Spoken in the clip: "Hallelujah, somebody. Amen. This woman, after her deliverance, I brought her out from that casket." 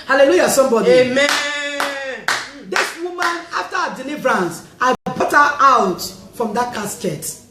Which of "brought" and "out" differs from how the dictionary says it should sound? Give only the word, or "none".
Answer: brought